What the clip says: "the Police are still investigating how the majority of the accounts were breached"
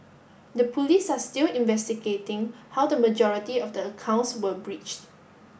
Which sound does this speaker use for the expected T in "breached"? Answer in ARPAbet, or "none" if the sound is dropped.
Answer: T